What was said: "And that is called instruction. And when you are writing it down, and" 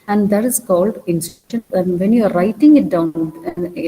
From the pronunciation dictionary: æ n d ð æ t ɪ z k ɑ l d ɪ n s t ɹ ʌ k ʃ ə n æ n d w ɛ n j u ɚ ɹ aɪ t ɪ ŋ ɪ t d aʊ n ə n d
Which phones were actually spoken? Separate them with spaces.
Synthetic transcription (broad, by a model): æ n d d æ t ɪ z k ɑ l d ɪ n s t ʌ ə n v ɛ n j u ɚ ɹ aɪ t ɪ ŋ ɪ t d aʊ ə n